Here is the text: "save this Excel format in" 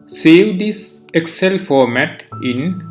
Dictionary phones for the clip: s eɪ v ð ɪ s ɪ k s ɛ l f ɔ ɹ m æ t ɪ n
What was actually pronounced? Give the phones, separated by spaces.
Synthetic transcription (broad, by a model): s eɪ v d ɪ s ɪ k s ɛ l f ɔ ɹ m æ t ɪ n